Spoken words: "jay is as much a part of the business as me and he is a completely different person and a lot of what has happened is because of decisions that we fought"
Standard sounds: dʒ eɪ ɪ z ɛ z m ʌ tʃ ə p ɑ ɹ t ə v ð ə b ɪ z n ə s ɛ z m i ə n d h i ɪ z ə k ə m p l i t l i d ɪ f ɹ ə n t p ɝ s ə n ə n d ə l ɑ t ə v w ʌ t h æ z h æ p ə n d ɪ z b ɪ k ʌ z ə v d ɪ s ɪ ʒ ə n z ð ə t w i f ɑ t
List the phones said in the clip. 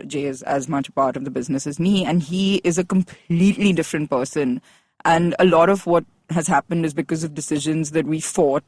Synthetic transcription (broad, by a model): dʒ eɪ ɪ z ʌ z m ʌ tʃ ə p ɑ ɹ t ə v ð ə b ɪ z n ə s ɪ z m i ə n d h i ɪ z ə k ə m p l i t l i d ɪ f ɹ ə n t p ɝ s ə n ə n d ə l ɑ t ə v w ʌ t h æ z h æ p ə n d ɪ z b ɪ k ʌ z ə v d ɪ s ɪ ʒ ə n z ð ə t w i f ɑ t